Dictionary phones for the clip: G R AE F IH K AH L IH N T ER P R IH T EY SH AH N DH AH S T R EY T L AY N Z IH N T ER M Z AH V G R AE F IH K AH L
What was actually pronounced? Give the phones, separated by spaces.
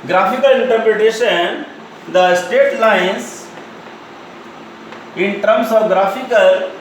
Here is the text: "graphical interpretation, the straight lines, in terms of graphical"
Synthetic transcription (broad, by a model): G R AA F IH K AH L IH N T ER P R IH T EY SH AH N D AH S T EY T L AY N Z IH N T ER M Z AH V G R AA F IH K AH L